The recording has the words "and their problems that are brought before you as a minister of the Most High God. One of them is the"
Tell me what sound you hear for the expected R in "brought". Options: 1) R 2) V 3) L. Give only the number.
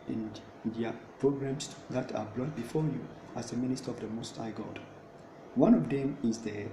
3